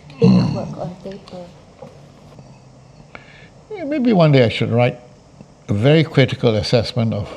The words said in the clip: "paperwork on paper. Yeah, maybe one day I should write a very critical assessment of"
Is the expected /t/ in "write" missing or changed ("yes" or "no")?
no